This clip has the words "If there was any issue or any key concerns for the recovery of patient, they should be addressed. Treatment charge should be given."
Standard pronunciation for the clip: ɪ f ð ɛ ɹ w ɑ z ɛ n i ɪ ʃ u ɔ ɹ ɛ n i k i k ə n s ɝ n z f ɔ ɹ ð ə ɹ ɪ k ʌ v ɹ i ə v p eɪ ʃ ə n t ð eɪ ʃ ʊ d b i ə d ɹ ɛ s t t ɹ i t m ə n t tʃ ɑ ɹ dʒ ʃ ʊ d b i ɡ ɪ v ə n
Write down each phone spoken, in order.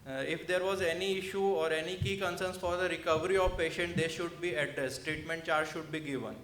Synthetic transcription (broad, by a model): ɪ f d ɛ ɹ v ɑ z ɛ n i ɪ ʃ u ɔ ɹ ɛ n i k i k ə n s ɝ n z f ɔ ɹ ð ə ɹ ɪ k ʌ v ɹ i ə v p eɪ ʃ ə n t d eɪ ʃ ʊ d b i ə d ɹ ɛ s t t ɹ i t m ə n t tʃ ɑ ɹ dʒ ʃ ʊ d b i ɡ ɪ v ə n